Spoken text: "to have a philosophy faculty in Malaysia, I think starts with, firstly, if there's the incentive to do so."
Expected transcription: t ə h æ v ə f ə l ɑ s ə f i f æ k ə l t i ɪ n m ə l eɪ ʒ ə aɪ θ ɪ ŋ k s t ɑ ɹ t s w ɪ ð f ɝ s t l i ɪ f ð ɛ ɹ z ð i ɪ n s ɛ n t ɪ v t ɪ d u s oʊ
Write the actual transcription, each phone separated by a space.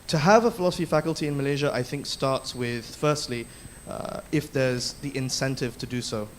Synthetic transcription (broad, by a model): t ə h v ə f ə l ɑ s ə f i f æ k ə l t i ɪ n m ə l eɪ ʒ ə aɪ θ ɪ ŋ k s t ɑ ɹ t s w ɪ ð f ɝ s t l i ɪ f ð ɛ ɹ z ð i ɪ n s ɛ n t ɪ v t ɪ d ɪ s oʊ